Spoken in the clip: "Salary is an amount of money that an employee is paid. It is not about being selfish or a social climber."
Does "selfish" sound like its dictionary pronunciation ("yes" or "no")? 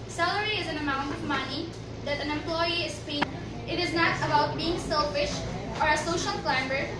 yes